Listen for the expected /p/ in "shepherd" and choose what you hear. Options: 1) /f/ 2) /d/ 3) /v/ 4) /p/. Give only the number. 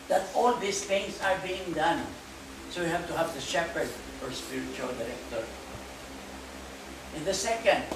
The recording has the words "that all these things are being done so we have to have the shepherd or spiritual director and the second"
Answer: 4